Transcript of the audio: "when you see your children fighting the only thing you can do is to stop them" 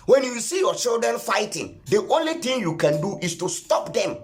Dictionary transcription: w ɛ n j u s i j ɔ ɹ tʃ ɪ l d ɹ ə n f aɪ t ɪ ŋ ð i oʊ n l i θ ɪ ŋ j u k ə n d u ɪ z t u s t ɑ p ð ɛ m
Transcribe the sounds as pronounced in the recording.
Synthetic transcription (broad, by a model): w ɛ n j u s i j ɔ tʃ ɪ l d ɹ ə n f aɪ t ɪ ŋ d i oʊ n l i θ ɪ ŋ j u k ə n d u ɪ s t u s t ɑ p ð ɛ m